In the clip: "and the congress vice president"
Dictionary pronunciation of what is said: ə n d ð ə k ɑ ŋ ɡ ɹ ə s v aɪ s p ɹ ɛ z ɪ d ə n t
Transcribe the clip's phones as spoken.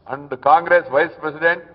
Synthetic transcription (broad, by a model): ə n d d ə k ɑ ŋ ɡ ɹ ə s v aɪ s p ɹ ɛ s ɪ d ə n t